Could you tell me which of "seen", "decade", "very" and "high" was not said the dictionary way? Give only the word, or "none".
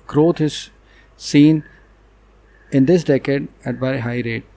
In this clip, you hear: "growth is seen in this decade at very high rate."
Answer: very